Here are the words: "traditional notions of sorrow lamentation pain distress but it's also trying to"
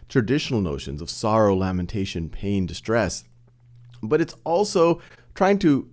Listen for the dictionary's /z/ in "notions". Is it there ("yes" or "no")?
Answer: yes